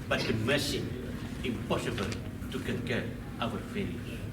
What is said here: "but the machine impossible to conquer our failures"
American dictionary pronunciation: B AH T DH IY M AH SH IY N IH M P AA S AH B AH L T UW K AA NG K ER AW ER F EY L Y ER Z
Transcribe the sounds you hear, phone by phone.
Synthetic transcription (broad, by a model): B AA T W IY M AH S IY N IH M P AA S AH B AH L T UW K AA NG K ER AW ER F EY L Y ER